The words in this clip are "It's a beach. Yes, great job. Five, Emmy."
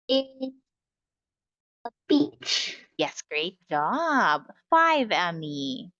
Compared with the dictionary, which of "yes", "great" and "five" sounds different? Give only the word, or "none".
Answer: none